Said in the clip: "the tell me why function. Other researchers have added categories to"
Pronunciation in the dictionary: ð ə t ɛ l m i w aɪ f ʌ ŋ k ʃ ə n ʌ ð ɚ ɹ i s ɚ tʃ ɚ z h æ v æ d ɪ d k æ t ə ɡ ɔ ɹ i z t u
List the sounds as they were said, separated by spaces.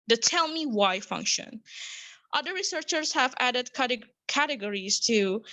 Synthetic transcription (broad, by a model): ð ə t ɛ l m i w aɪ f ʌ ŋ k ʃ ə n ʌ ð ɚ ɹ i s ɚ tʃ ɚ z h æ v æ d ɪ d k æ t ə ɡ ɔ ɹ i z t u